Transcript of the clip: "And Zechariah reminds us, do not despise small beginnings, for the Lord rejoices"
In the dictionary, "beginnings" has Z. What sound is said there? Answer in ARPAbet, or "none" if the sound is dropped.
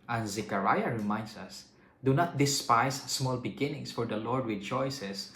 S